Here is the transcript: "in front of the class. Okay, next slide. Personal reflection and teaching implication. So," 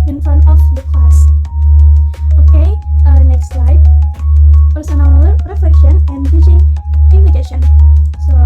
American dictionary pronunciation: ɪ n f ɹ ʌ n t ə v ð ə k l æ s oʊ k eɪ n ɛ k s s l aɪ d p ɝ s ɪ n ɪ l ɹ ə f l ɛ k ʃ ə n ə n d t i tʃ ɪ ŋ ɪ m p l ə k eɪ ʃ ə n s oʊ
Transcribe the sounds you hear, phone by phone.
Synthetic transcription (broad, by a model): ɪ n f ʌ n ə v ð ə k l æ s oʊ k eɪ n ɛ k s s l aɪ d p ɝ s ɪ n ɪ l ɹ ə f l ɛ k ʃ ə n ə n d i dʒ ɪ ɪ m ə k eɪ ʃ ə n s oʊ